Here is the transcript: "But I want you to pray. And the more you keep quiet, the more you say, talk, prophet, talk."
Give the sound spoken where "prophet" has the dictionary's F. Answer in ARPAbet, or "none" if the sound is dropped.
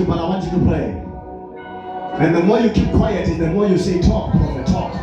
none